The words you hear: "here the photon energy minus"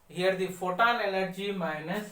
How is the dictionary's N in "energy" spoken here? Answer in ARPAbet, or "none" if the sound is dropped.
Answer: L